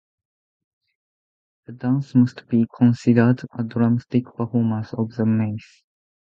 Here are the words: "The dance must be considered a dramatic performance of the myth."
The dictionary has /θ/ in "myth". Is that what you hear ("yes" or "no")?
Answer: no